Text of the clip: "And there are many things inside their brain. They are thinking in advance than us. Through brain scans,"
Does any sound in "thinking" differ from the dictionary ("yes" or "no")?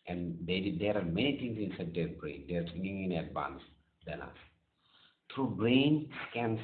yes